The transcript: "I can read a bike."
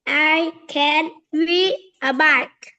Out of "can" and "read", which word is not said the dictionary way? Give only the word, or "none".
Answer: read